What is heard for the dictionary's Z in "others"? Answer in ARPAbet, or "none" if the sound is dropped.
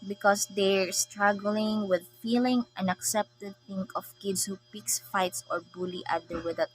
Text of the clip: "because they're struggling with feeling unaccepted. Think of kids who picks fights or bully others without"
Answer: none